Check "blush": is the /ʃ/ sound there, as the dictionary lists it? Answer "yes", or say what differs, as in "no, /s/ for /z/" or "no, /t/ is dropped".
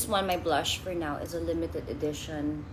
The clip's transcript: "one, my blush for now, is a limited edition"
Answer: yes